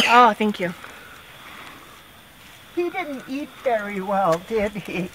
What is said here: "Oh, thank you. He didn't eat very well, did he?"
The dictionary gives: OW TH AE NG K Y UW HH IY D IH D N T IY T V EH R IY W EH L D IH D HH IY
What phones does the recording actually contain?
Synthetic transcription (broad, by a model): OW TH AE NG K Y UW HH IY D IH D N T IY T V EH R IY W EH L D IH D HH IY